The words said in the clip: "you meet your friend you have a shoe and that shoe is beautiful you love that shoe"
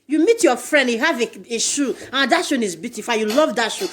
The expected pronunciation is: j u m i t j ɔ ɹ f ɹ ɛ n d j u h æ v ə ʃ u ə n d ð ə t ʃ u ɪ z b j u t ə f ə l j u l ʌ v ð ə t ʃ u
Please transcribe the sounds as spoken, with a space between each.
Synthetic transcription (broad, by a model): j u m i t j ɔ f ɹ ɛ n d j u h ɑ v ə ʃ u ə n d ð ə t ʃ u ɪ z b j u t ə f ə n j u l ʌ v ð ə t ʃ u